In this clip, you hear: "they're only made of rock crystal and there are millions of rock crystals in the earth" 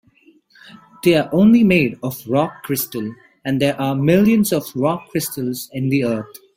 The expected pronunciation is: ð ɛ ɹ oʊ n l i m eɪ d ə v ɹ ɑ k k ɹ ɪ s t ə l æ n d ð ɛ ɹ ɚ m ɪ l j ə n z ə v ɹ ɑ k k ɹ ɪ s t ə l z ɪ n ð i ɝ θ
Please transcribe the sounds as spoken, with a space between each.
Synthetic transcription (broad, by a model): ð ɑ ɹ oʊ n l i m eɪ d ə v ɹ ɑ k k ɹ ɪ s t ə l æ n d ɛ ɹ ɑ m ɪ l j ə n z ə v ɹ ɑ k k ɹ ɪ s t ə l z ɪ n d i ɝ t